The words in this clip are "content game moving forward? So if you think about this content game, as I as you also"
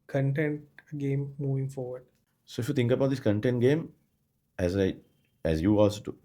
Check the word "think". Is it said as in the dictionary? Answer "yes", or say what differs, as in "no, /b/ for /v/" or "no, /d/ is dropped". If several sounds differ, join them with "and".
no, /t/ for /θ/